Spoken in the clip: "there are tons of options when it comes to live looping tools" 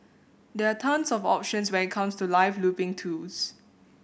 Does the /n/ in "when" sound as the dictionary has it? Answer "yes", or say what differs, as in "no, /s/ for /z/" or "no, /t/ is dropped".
no, /n/ is dropped